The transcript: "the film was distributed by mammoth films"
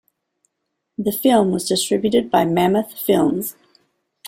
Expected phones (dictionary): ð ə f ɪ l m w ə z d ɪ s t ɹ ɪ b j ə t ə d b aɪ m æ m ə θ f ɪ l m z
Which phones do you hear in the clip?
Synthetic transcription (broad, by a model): ð ə f ɪ l m w ə z d ɪ s t ɹ ɪ b j ə t ə d b aɪ m æ m ə θ f ɪ l m z